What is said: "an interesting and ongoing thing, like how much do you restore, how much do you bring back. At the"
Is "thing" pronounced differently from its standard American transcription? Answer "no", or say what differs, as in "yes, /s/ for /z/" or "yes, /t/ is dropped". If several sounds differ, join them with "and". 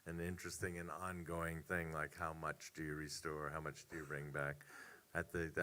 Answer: no